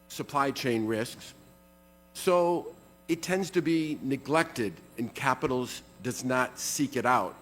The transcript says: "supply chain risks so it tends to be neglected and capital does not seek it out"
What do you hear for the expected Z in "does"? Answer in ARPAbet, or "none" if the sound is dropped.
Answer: Z